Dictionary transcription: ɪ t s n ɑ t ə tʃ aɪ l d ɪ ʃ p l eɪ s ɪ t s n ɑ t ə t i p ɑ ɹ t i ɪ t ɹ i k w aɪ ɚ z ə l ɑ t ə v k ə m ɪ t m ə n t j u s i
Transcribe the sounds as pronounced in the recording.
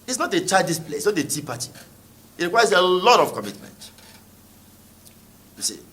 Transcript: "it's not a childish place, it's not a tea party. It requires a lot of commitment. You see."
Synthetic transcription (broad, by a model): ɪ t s n ɑ t ə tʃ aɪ d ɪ s p l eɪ ɪ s n ɑ t ə t i p ɑ t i ɪ t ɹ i k w aɪ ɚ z ə l ɑ t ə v k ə m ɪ t m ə n t j u s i